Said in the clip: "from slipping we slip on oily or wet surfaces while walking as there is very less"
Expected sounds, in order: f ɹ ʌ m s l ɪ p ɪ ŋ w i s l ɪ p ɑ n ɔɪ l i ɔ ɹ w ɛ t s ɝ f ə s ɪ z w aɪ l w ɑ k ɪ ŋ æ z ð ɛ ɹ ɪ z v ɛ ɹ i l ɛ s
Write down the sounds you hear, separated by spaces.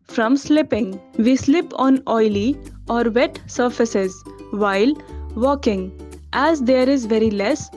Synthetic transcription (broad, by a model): f ɹ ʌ m s l ɪ p ɪ ŋ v i s l ɪ p ɑ n ɔɪ l i ɔ ɹ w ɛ t s ɝ f ə s ɪ z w aɪ l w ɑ k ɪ ŋ æ z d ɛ ɹ ɪ z v ɛ ɹ i l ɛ s